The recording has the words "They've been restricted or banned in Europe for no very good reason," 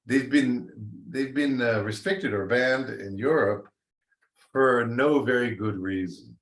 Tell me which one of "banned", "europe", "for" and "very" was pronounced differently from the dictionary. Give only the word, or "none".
none